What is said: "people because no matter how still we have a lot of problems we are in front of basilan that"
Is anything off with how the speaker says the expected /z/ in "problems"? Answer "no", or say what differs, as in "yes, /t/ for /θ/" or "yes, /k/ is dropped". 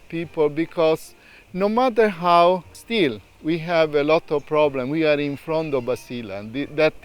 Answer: yes, /z/ is dropped